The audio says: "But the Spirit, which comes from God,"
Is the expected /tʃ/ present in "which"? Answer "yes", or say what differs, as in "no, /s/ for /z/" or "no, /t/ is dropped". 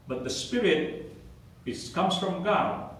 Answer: no, /s/ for /tʃ/